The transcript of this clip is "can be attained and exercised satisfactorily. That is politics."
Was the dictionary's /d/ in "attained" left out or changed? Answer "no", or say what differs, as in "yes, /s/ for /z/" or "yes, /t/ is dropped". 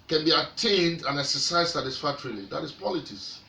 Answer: no